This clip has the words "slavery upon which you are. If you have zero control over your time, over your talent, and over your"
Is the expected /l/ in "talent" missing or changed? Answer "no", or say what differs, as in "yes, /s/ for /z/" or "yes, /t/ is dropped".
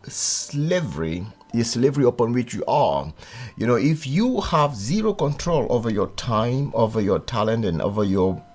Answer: no